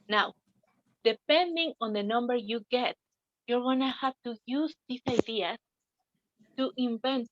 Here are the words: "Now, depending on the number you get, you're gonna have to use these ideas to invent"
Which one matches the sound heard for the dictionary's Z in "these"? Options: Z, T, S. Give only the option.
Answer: S